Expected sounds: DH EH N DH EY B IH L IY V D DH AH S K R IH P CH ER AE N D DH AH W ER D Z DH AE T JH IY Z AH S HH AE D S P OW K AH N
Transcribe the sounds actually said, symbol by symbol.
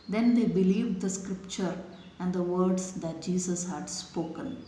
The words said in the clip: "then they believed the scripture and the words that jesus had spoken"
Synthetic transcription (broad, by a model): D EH N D EY B IH L IY V D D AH S K R IH P CH ER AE N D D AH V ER D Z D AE T JH IY S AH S HH AE D S P OW K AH N